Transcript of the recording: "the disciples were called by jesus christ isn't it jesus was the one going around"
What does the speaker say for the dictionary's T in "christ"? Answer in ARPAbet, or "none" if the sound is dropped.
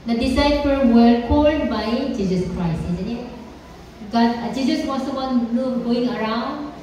none